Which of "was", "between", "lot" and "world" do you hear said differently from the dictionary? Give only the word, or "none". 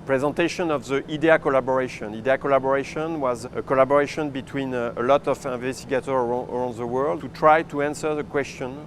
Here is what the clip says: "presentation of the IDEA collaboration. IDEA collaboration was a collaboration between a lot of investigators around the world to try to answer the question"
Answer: none